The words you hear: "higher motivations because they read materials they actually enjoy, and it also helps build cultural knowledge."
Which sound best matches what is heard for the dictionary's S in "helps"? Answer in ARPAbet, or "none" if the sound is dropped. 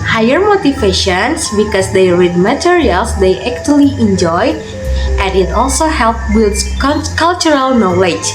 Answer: none